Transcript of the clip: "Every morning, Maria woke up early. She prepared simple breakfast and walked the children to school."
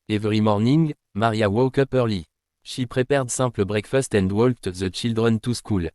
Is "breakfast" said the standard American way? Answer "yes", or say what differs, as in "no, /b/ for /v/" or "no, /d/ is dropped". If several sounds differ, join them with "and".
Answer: yes